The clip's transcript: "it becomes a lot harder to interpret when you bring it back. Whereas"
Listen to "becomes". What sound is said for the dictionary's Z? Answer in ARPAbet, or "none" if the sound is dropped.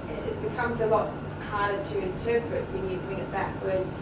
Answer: Z